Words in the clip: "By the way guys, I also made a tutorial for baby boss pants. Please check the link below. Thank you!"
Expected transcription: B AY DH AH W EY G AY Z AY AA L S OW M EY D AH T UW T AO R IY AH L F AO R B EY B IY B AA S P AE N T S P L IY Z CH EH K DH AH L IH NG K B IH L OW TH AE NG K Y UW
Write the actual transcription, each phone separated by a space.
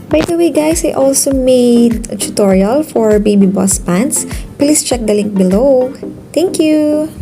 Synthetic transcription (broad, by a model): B AY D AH W EY G AY S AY AA L S OW M EY D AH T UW T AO R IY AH L F AO R B EY B IY B AA S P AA N T S P L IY S CH EH K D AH L IH NG K B IH L OW T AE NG K Y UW